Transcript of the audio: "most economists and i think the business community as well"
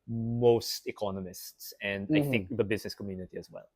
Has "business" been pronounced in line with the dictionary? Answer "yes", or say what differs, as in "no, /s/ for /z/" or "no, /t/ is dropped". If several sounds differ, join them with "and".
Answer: yes